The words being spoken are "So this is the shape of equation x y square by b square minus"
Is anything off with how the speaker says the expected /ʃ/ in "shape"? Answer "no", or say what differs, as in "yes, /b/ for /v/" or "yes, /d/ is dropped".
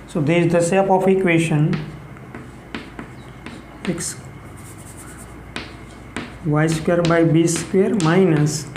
yes, /s/ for /ʃ/